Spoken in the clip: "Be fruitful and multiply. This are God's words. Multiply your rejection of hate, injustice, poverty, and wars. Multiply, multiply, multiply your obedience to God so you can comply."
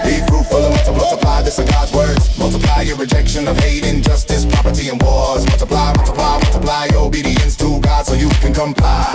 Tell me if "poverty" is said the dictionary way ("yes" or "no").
no